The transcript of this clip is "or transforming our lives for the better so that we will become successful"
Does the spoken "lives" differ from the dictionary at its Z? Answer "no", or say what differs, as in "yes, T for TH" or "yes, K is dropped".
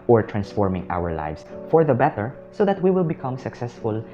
yes, S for Z